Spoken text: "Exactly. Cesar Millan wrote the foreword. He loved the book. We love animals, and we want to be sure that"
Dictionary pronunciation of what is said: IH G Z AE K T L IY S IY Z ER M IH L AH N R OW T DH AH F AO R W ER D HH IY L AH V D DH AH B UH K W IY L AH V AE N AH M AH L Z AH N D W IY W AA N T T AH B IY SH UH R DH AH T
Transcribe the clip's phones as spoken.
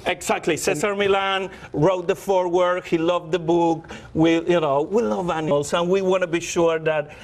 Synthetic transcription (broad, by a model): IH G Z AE K T L IY S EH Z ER M IH L AH N R OW T DH AH F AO R W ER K HH IY L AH V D DH AH B UH K W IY N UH W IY L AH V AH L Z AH N W IY W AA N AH B IY SH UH R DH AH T